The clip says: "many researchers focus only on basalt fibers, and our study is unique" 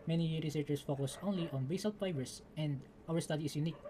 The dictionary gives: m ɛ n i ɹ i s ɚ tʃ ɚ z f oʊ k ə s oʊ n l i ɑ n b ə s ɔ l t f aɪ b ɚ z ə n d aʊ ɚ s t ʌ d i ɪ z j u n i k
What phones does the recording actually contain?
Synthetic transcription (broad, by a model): m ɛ n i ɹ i s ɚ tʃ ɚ s f oʊ k ə s oʊ n l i ɑ n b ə s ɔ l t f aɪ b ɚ s ə n d aʊ ɚ s t ʌ d i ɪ s j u n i k